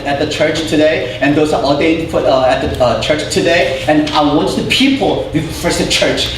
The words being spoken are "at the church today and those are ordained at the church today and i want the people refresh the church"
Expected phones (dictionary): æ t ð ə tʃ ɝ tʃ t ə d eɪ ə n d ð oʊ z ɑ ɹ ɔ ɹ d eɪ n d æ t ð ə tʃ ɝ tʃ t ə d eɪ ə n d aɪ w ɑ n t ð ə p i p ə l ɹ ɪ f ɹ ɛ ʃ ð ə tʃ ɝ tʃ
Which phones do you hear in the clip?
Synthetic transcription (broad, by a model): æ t ð ə tʃ ɝ tʃ t ə d eɪ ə n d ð oʊ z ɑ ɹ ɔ l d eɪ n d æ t ð ə tʃ ɝ tʃ t ə d eɪ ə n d aɪ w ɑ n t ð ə p i p ə l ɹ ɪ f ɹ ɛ s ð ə tʃ ɝ tʃ